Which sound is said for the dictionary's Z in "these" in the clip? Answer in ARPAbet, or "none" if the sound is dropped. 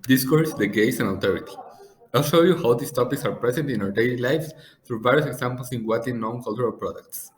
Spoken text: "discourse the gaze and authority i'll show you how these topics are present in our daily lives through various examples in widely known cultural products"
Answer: S